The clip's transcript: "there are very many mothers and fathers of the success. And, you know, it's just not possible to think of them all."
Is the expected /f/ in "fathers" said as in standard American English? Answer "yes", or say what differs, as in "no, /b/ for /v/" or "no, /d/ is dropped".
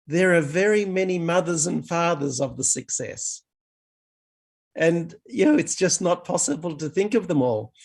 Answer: yes